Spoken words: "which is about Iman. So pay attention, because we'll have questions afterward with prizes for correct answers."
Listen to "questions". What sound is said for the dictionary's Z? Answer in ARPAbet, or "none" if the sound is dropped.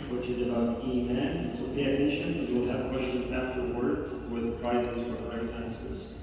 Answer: Z